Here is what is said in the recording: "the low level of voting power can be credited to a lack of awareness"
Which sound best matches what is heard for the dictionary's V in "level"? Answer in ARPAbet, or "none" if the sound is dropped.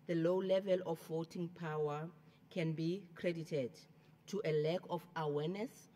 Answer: V